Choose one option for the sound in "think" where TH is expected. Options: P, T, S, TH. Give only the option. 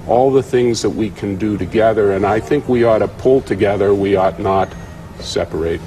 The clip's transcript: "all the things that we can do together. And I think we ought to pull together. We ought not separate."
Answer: TH